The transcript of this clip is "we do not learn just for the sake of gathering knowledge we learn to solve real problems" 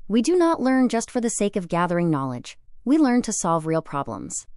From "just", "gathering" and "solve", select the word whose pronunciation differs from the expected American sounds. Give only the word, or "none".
none